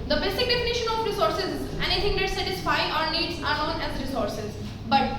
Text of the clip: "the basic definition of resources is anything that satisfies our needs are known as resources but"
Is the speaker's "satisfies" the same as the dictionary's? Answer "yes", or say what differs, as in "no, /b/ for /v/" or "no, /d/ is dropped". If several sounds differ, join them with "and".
no, /z/ is dropped